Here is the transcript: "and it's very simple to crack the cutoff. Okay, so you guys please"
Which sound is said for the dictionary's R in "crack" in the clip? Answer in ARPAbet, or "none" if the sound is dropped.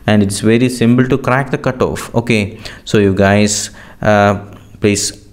R